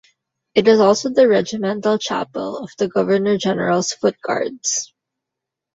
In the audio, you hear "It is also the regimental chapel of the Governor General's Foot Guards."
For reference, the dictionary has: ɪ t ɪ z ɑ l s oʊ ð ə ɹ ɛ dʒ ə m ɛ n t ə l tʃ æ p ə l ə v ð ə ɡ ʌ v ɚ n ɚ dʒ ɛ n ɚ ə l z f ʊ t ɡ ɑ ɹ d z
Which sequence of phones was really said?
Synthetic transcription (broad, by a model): ɪ t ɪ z ɑ l s oʊ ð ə ɹ ɛ dʒ ə m ɛ n t ə l tʃ æ p ə l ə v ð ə ɡ ʌ v ɚ n ɚ dʒ ɛ n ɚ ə l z f ʊ t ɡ ɑ ɹ d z